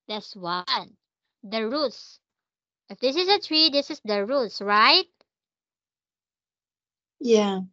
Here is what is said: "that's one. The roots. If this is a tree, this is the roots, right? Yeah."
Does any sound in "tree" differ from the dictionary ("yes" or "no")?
no